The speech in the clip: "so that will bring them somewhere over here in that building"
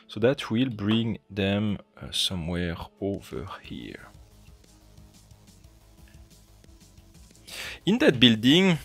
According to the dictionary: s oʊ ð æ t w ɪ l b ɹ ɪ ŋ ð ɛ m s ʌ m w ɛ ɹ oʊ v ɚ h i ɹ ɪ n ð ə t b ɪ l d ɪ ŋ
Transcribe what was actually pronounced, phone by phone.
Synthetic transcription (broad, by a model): s oʊ ð æ t w ɪ l b ɹ ɪ ŋ ð ɛ m s ʌ m w ɛ ɹ oʊ v ɚ h i ɹ ɪ n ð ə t b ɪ l d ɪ ŋ